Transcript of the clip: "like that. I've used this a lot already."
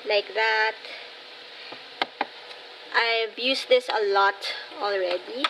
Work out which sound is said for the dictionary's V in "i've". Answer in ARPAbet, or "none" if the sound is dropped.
B